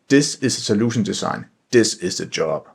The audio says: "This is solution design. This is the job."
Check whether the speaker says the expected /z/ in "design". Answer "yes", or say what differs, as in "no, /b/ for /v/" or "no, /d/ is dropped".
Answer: no, /s/ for /z/